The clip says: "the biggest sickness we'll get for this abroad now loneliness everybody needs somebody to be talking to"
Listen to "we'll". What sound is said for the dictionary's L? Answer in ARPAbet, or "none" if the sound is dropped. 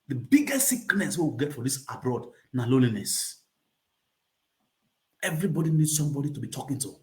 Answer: W